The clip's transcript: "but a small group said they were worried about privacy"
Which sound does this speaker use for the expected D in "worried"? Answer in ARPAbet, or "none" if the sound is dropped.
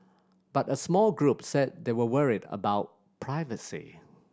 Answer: D